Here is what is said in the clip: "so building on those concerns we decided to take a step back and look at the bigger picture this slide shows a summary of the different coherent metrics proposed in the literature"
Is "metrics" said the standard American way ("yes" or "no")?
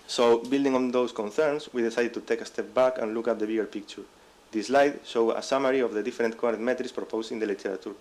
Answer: no